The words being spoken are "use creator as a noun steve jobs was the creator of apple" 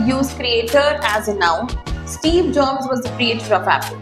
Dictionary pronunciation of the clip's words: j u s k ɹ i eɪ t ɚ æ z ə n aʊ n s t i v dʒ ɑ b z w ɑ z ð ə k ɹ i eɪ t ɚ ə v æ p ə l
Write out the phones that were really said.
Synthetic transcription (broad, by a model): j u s k ɹ i eɪ t ɚ æ z ə n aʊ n s t i v dʒ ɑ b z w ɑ z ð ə k ɹ i eɪ t ɚ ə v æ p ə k